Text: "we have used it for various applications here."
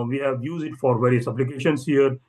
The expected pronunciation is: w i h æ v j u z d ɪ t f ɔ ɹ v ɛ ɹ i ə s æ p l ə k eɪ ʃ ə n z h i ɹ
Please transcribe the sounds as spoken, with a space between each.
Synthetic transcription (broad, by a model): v i h æ v j u z d ɪ t f ɔ ɹ v ɛ ɹ i ə s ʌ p l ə k eɪ ʃ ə n s h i ɹ